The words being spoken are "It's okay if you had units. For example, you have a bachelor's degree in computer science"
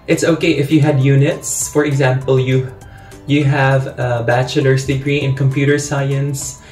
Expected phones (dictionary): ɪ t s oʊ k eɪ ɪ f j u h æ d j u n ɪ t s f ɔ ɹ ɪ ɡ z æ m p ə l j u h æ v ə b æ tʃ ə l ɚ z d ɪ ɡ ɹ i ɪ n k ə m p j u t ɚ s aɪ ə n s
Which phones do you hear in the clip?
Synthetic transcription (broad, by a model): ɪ t s oʊ k eɪ ɪ f j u h æ d j u n ɪ t s f ɔ ɹ ɪ ɡ z æ m p ə l j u h æ v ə b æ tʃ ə l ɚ s d ɪ ɡ ɹ i ɪ n k ə m p j u t ɚ s aɪ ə n s